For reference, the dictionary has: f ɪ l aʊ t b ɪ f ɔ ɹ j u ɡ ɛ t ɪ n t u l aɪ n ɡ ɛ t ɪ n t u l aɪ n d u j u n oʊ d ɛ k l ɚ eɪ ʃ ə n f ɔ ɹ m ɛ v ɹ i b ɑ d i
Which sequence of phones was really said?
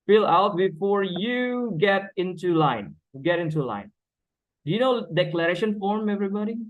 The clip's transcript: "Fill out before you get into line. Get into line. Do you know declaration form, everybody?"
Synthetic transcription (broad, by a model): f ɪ l aʊ t b ɪ f ɔ ɹ j u ɡ ɛ t ɪ n t u l aɪ n ɡ ɛ t ɪ n t u l aɪ n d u j u n oʊ d ɛ k l ɚ eɪ ʃ ə n f ɔ ɹ m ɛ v ɹ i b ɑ d i